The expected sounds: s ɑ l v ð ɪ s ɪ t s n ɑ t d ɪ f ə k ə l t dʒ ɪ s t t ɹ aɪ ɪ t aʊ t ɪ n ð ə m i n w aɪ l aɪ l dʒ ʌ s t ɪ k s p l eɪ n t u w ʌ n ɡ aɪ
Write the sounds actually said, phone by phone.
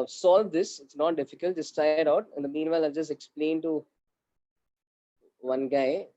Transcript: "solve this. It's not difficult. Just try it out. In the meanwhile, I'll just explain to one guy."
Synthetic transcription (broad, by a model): s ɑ l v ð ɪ s ɪ t s n ɑ t d ɪ f ə k ə l t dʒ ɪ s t t aɪ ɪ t aʊ t ɪ n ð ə m i n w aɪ l aɪ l dʒ ʌ s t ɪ k s p l eɪ n t u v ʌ n ɡ aɪ